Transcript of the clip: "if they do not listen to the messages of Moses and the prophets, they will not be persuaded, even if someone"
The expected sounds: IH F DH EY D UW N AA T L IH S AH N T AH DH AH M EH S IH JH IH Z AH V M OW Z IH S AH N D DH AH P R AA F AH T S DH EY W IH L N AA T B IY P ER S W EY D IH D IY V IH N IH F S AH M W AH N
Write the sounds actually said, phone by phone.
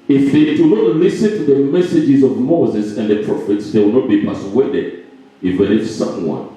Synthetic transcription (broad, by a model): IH F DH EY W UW N AA T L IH S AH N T DH AH M EH S IH JH IH Z AH V M OW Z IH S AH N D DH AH P R AA F AH T S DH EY W IH L N AA T B IY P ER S W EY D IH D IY F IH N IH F S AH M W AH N